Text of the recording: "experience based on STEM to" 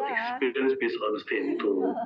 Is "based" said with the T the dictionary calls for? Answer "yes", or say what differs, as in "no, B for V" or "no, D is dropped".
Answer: no, T is dropped